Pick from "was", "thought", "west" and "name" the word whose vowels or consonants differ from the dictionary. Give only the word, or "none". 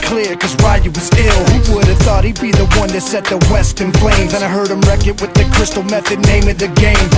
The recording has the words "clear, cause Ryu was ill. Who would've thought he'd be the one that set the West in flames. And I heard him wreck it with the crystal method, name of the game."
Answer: none